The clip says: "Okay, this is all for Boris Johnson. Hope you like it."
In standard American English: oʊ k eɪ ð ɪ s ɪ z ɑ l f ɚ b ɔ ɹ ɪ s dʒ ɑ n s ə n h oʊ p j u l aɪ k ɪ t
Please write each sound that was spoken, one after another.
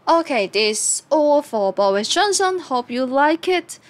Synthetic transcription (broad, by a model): oʊ k eɪ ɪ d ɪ s ɑ l f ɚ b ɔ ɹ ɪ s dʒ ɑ n s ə n h oʊ p j u l aɪ k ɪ t